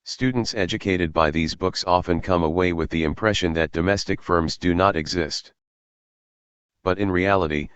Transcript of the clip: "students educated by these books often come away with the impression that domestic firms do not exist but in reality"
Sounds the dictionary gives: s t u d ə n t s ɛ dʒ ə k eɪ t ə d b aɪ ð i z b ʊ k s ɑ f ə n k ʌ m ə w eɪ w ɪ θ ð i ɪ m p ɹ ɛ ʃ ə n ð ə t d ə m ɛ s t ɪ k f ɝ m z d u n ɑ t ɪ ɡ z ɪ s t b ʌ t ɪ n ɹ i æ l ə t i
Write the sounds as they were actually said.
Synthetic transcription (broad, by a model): s t u d n t s ɛ dʒ ə k eɪ t ə d b aɪ ð i z b ʊ k s ɑ f ə n k ʌ m ə w eɪ w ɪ ð i ɪ m p ɹ ɛ ʃ ə n ð ə t d ə m ɛ s t ɪ k f ɝ m z d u n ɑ t ɪ ɡ z ɪ s t b ʌ t ɪ n ɹ i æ l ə t i